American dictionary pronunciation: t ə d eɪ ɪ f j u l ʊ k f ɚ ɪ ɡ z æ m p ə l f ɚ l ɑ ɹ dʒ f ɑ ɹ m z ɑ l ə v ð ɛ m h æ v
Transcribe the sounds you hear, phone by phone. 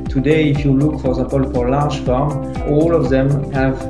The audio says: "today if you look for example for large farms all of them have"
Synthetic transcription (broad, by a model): t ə d eɪ ɪ f j u l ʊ k f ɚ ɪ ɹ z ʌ p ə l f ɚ l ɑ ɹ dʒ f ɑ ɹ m ɑ l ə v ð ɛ m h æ v